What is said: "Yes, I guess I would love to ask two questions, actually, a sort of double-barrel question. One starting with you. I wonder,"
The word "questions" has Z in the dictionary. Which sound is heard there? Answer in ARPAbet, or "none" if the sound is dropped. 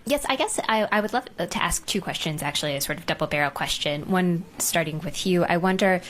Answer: Z